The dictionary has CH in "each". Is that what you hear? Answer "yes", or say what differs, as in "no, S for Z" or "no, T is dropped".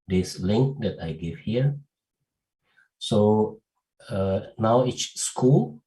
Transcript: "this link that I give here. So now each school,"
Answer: no, S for CH